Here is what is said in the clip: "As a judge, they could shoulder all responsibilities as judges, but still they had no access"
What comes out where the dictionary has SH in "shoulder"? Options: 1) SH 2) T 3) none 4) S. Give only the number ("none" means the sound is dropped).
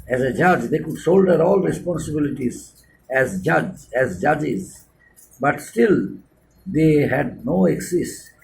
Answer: 4